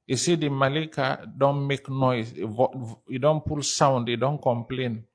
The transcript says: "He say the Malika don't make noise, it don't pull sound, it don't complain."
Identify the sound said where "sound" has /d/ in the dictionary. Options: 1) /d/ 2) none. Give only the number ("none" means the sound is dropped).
1